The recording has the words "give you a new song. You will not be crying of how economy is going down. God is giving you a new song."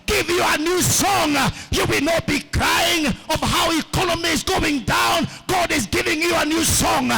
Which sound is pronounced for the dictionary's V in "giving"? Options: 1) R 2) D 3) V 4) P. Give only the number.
3